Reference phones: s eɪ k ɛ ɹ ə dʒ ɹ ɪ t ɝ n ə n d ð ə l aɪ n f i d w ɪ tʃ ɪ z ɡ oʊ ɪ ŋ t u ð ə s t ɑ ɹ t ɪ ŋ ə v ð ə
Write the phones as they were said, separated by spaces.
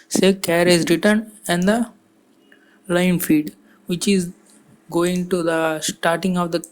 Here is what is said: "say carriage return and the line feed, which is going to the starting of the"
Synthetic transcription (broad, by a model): s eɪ k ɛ ɹ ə z ɹ ɪ t ɝ n ə n d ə l aɪ n f i d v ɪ tʃ ɪ z ɡ oʊ ɪ ŋ t u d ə s t ɑ ɹ t ɪ ŋ ə v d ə